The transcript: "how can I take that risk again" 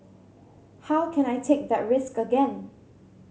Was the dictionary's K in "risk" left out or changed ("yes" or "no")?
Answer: no